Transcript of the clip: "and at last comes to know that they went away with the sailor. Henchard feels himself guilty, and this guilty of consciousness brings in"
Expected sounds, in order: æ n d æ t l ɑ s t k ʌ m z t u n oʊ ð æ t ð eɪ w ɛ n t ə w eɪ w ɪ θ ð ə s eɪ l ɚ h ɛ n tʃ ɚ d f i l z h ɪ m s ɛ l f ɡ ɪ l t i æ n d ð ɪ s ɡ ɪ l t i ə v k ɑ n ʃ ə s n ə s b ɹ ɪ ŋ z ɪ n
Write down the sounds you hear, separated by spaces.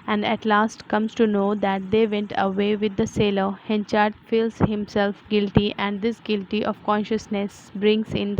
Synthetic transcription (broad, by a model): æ n d æ t l ɑ s t k ʌ m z t u n oʊ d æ t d eɪ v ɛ n t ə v eɪ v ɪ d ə s eɪ l ɚ h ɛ n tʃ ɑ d f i l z h ɪ m s ɛ l f ɡ ɪ l t i æ n d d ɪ s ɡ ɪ l t i ə v k ɑ n ʃ ə s n ə s b ɹ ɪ ŋ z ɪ n